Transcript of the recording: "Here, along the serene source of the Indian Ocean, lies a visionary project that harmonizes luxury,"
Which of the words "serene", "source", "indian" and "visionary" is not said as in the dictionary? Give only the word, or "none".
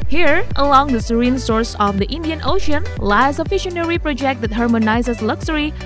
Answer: visionary